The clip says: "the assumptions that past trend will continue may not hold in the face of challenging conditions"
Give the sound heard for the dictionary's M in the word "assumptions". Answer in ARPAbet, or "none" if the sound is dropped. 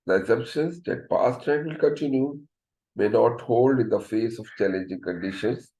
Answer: none